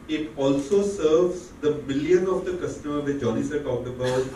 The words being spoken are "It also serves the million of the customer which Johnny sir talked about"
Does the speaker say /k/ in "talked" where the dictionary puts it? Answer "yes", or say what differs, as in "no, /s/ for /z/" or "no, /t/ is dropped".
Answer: no, /k/ is dropped